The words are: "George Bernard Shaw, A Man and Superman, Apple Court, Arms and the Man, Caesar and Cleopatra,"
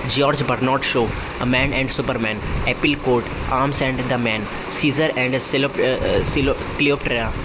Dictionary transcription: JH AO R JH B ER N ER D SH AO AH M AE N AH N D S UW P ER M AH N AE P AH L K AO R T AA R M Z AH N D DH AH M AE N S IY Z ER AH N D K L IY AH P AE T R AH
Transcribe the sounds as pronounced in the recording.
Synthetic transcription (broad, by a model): JH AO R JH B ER N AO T SH AO AH M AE N AH N D S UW P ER M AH N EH P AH L K AO R T AA R M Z AH N D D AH M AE N S IY Z ER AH N D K L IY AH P T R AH